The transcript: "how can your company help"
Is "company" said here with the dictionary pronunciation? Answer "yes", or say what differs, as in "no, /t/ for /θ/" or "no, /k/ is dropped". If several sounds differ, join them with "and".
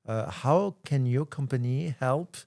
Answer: yes